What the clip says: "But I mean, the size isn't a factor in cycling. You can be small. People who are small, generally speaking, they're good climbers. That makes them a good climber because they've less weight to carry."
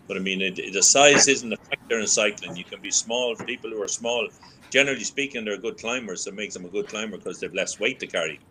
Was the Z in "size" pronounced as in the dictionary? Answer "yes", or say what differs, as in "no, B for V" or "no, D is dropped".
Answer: yes